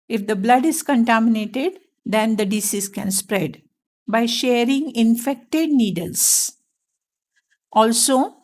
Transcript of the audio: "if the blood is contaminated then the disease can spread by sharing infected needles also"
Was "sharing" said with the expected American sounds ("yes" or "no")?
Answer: yes